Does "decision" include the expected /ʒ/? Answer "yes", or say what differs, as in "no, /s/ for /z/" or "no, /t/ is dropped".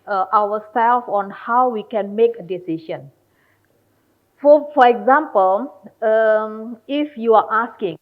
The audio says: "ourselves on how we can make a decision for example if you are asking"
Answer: no, /ʃ/ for /ʒ/